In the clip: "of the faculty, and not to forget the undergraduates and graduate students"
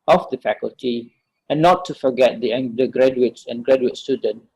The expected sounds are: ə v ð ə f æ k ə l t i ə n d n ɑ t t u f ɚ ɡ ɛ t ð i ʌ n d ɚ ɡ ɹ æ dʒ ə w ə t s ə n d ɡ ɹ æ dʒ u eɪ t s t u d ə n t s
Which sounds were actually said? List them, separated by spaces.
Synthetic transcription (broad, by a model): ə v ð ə f æ k ə l t i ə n n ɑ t t u f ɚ ɡ ɛ t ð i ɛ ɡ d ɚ ɡ ɹ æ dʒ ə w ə t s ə n ɡ ɹ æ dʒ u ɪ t s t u d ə n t